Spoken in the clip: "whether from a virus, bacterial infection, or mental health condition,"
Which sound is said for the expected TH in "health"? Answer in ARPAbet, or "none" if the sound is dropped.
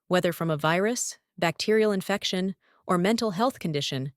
TH